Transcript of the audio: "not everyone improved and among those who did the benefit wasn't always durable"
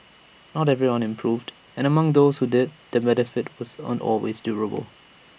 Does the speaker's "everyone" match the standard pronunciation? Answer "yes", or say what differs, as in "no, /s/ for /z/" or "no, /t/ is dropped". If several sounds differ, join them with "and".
yes